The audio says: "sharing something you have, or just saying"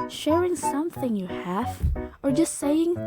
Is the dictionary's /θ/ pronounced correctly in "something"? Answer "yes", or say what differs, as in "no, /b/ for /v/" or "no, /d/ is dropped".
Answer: yes